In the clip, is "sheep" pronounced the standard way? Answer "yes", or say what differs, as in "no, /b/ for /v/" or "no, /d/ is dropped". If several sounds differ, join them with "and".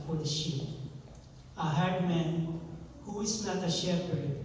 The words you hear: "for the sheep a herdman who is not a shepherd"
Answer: no, /p/ is dropped